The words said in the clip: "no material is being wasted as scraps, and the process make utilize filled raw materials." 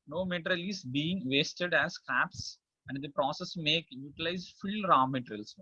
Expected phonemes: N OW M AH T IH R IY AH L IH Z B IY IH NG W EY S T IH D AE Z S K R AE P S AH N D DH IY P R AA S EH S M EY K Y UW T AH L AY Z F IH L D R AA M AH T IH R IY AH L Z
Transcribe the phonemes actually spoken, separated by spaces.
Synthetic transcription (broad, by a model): N OW M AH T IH R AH L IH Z B IY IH NG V EY S T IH D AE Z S K AE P S AH N D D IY P R AA S EH S M EY K Y UW T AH L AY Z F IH L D R AA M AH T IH R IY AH L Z